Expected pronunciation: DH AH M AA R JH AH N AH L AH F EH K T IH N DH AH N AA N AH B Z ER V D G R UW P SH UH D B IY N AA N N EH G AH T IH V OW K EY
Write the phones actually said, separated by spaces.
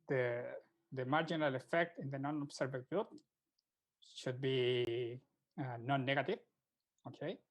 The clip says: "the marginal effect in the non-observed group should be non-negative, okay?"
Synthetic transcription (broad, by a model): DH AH M AA R JH AH N AH L AH F EH K T IH N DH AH N AA N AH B S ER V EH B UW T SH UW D B IY N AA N N EH G AH T IH V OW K EY